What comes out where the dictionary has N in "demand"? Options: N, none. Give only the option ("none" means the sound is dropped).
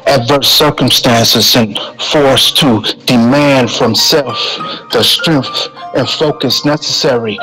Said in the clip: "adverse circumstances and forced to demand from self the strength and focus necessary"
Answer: N